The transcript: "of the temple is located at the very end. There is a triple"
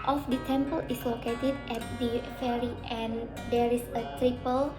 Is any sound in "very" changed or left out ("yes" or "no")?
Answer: yes